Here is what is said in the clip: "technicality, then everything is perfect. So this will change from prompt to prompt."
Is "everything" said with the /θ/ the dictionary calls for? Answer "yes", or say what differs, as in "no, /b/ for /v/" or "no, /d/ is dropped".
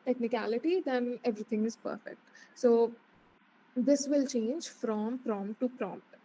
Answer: no, /t/ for /θ/